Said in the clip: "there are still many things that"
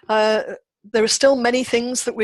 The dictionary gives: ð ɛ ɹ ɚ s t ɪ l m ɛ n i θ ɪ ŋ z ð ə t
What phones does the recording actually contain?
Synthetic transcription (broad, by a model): ð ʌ ɹ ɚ s t ɪ l m ɛ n i θ ɪ ŋ z ð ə t